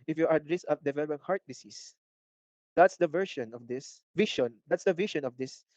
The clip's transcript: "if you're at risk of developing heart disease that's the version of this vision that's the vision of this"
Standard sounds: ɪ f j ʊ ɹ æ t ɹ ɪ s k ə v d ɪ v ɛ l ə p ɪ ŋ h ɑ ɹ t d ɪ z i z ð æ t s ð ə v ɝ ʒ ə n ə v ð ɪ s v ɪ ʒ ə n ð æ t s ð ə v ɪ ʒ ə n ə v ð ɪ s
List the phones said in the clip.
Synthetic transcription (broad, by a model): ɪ f j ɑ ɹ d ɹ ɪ s ə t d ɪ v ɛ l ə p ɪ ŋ h ɑ ɹ t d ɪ s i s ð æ t s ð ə v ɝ ʃ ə n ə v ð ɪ s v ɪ ʃ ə n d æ t s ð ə v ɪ ʃ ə n ə v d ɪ s